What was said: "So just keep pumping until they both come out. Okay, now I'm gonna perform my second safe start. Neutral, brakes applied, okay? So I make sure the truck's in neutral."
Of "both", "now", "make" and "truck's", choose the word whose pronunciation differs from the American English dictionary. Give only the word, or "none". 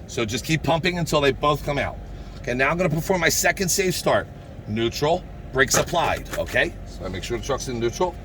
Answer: none